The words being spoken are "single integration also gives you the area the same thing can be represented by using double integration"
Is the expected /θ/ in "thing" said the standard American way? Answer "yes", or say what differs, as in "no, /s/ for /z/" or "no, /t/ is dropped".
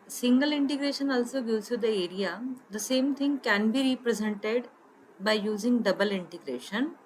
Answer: no, /t/ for /θ/